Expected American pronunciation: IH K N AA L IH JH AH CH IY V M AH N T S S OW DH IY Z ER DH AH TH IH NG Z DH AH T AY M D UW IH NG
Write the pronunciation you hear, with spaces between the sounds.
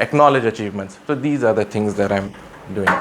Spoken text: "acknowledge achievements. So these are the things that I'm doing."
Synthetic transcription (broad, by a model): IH K N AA L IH JH AH CH IY V M AH N T S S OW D IY Z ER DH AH T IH NG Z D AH T AY M D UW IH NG